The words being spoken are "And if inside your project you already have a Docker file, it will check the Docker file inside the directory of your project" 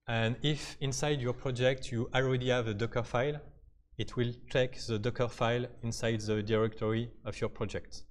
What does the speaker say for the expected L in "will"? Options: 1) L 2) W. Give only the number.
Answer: 1